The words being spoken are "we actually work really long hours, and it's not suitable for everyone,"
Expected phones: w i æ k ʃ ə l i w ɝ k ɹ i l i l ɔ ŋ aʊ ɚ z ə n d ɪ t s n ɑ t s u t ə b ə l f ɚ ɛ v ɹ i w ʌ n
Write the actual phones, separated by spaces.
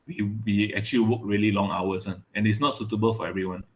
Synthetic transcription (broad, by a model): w i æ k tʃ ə l i w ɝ k ɹ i l i l ɔ ŋ aʊ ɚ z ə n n ɪ t s n ɑ t s u t ə b ə l f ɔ ɛ v ɹ i w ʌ n